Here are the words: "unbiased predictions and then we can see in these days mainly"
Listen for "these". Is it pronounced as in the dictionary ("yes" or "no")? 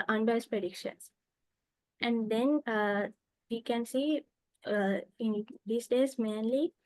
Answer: no